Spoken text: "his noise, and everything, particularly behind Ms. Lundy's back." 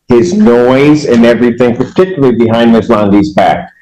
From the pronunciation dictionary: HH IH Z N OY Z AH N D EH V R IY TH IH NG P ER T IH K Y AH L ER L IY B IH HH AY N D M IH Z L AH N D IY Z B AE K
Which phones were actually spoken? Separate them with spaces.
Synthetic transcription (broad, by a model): HH IH Z N OY Z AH N EH V R IY TH IH NG P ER T IH K Y L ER IY B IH HH AY N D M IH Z L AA N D IY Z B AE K